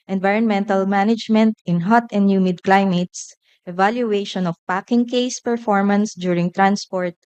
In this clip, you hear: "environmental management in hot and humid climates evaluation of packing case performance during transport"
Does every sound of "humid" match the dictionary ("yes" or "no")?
yes